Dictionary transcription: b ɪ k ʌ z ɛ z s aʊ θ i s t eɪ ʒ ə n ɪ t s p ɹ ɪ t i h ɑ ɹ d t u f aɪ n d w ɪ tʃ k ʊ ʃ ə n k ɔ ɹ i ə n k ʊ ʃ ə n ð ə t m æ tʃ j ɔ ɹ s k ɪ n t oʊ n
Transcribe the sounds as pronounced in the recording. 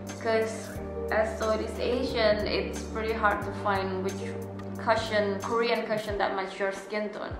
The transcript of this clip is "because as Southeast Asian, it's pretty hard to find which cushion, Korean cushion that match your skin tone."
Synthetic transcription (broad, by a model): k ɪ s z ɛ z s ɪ t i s eɪ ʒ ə n ɪ t s p ɹ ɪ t i h ɑ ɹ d t u f aɪ n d w ɪ tʃ k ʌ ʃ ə n k ɔ ɹ i ə n k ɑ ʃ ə n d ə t m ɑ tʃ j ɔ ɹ s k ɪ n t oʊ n